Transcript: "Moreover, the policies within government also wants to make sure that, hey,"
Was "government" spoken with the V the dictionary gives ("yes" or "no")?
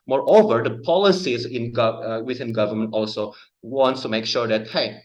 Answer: yes